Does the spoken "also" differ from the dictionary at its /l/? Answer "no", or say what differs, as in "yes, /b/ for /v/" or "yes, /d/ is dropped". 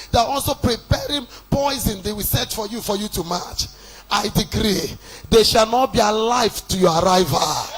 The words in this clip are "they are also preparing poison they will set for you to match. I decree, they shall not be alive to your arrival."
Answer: no